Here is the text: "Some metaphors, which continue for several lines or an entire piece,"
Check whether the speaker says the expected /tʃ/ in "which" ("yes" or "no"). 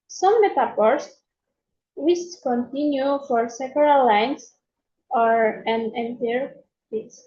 no